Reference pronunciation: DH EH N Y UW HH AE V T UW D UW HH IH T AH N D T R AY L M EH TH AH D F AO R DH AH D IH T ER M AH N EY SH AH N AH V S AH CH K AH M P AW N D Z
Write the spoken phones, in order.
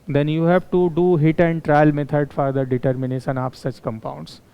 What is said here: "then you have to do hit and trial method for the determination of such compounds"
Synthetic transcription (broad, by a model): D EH N Y UW HH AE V T UW D UW HH IH T AH N D T R AY L M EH T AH D F AO R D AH D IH T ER M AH N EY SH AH N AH P S AH CH K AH M P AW N D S